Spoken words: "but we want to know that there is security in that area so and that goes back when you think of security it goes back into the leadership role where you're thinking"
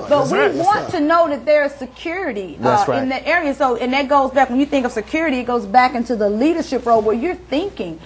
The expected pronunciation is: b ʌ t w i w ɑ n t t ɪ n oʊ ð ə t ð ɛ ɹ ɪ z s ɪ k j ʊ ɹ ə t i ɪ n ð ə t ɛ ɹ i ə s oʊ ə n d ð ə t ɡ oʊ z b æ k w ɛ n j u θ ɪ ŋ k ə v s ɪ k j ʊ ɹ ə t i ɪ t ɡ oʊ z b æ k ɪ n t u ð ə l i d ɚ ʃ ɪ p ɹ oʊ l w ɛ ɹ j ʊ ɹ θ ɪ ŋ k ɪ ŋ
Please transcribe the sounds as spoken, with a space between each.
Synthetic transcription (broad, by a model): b ʌ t w i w ɑ n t t ɪ n oʊ ð ə t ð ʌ ɹ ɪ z s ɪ k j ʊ ɹ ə t i ɪ n ð ə t ɛ ɹ i ə s oʊ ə n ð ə t ɡ oʊ z b æ k w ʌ n j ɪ θ ɪ ŋ k ə v s ɪ k j ʊ ɹ ə t i ɪ t ɡ oʊ z b æ k ɪ n t u ð ə l i d ɚ ʃ ɪ p ɹ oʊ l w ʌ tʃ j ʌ ɹ θ ɪ ŋ k ɪ ŋ